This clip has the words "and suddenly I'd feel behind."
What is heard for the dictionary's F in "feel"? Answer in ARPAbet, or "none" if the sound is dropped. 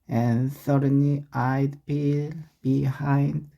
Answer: P